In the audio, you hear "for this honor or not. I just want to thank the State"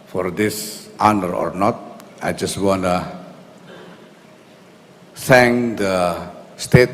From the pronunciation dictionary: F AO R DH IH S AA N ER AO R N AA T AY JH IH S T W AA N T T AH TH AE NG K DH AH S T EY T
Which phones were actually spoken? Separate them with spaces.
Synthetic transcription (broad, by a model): F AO R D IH S AA N ER AO R N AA T AY JH IH S T W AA N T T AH S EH NG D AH S T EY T